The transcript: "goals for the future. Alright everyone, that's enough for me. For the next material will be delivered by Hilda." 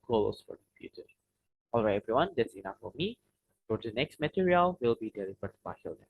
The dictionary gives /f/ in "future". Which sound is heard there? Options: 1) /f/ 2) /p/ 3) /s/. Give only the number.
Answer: 2